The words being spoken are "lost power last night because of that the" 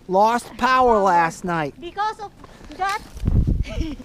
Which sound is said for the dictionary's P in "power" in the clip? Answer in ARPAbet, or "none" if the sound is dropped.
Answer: P